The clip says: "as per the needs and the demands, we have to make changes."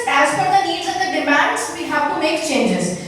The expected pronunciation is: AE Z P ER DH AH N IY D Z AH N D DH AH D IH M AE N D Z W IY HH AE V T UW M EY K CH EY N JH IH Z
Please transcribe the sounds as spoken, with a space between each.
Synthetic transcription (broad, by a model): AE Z F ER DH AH N IY D Z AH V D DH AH D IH M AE N D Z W IY HH AE V T UW M EY K CH EY N JH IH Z